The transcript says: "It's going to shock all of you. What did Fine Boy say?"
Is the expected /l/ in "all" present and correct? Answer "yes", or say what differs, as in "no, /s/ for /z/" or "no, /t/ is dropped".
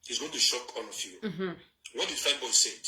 no, /n/ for /l/